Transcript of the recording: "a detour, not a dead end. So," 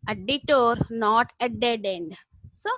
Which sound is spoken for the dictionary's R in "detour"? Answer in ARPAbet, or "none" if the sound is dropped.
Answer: R